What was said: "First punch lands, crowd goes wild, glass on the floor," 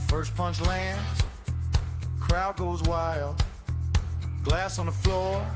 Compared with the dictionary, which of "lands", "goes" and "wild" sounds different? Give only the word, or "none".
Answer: none